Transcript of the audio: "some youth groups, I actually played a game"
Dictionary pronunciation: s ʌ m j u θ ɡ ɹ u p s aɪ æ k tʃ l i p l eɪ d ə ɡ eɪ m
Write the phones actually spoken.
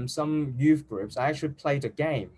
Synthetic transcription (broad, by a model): s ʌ m j u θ ɡ ɹ u p s aɪ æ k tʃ i p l eɪ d ə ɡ eɪ m